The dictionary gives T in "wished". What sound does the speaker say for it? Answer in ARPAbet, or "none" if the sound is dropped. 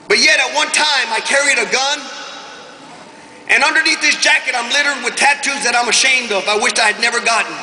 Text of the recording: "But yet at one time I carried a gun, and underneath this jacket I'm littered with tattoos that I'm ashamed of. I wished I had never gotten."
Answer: none